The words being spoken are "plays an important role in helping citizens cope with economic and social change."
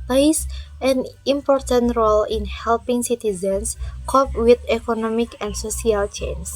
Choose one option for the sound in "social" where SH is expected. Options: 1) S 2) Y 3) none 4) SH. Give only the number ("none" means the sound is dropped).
1